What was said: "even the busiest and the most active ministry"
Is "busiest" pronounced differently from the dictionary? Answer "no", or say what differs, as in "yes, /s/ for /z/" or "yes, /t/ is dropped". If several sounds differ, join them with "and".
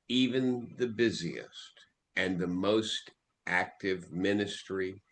no